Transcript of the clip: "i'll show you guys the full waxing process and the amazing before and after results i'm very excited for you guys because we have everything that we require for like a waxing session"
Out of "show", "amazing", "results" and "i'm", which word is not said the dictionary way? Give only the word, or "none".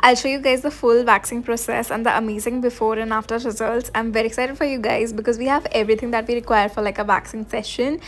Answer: none